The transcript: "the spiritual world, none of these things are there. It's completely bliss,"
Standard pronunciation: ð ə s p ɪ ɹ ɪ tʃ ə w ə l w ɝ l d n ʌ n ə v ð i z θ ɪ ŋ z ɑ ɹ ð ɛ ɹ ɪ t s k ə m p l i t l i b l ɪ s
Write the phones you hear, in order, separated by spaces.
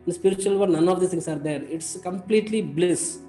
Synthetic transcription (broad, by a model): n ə s p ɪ ɹ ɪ tʃ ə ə l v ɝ d n ʌ n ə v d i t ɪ ŋ s ɑ ɹ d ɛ ɹ ɪ t s k ə m p l i t l i b l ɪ s